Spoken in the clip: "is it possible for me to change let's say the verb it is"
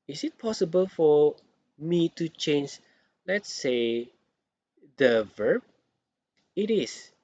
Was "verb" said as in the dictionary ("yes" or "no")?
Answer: yes